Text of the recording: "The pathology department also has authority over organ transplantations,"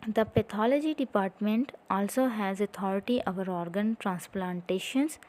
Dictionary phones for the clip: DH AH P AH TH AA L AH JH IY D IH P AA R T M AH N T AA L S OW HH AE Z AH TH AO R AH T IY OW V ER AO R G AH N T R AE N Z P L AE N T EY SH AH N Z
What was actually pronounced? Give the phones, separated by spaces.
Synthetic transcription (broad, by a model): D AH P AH T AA L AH JH IY D IH P AA R T M AH N T AA L S OW HH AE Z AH T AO R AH T IY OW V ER AO R G AH N T R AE N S P L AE N T EY SH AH N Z